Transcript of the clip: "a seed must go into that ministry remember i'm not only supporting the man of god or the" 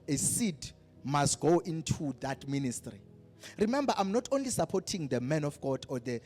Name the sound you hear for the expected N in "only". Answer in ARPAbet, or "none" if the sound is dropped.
N